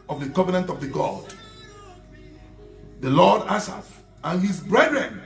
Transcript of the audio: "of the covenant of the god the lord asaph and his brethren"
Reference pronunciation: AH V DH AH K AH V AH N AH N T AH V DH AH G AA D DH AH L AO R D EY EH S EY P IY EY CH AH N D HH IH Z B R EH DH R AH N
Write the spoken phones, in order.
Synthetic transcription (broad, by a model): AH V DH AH K AH V AH N AH N T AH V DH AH G AA D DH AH L AO D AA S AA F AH N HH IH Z B R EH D R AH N